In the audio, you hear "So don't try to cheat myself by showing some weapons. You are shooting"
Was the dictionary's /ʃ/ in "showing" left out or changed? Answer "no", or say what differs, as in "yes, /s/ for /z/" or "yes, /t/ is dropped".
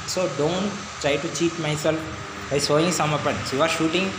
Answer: yes, /s/ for /ʃ/